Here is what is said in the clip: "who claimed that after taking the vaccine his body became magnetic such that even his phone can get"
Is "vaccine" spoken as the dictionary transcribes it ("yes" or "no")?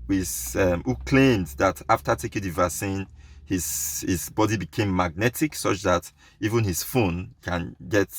no